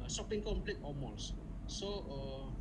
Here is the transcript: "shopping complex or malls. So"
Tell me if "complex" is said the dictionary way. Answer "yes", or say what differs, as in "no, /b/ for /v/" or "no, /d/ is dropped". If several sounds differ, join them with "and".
no, /s/ is dropped